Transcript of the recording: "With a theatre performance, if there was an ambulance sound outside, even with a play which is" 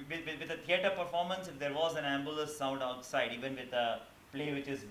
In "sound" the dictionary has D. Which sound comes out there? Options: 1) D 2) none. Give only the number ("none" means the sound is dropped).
1